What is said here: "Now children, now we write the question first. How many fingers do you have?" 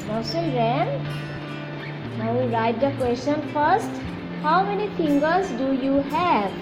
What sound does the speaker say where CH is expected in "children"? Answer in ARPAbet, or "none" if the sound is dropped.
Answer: S